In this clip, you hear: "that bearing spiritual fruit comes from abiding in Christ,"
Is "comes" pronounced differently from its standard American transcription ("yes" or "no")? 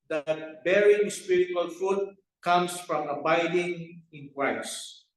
yes